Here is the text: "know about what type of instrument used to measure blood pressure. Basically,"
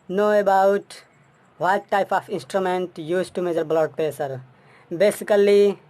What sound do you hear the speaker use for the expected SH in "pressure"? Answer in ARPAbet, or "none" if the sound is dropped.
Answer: S